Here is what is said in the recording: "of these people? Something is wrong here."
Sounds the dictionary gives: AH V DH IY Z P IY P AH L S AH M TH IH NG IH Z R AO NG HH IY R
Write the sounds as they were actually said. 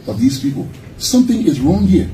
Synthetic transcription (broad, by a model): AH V DH IY Z P IY P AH L S AH M TH IH NG IH Z R AO NG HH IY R